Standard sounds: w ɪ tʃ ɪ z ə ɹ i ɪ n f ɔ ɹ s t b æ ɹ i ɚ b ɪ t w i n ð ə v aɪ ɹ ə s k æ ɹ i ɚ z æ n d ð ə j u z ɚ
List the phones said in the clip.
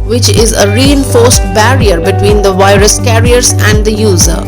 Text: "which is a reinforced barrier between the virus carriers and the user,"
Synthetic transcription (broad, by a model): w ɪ tʃ ɪ z ə ɹ i ɪ n f ɔ ɹ s t b æ ɹ i ɚ b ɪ t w i n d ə v aɪ ɹ ə s k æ ɹ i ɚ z æ n d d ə j u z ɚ